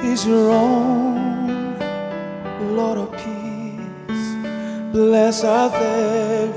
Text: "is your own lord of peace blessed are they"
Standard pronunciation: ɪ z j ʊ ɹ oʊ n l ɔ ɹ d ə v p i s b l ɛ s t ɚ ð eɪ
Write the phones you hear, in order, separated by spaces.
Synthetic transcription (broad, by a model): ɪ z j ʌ ɹ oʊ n l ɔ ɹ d ə v p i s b l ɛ s ɚ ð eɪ